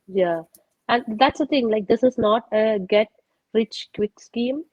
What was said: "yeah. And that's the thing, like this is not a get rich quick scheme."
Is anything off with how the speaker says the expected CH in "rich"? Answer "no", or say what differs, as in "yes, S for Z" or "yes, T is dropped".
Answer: no